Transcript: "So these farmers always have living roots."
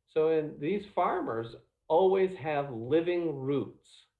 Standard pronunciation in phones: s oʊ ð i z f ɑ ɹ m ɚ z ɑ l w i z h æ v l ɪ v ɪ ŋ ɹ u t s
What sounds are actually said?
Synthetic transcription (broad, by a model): s oʊ ð i z f ɑ ɹ m ɚ z ɑ l w i z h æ v l ɪ v ɪ ŋ ɹ u t s